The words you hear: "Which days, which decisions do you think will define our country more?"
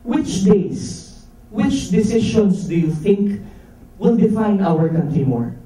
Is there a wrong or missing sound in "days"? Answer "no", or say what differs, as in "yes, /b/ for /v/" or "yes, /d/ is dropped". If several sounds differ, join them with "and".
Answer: yes, /s/ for /z/